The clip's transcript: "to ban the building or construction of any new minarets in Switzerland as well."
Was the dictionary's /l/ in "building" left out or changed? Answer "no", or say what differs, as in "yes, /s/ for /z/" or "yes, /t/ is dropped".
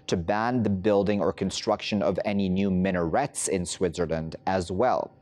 no